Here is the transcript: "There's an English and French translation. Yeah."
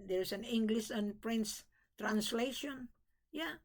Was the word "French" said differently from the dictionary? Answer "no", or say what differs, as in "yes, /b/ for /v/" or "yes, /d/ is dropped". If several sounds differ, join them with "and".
yes, /s/ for /tʃ/